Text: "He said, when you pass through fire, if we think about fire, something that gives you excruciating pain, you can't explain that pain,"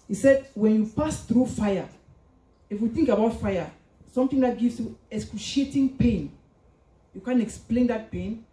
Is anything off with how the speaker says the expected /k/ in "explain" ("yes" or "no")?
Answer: no